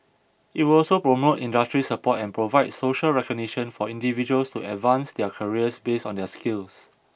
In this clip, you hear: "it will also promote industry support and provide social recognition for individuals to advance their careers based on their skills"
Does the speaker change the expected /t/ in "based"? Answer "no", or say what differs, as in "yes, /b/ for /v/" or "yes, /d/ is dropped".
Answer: yes, /t/ is dropped